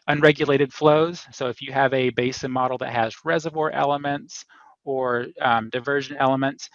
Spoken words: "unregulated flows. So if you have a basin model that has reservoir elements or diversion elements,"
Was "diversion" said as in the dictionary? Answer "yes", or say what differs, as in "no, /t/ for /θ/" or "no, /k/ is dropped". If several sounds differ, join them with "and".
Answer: yes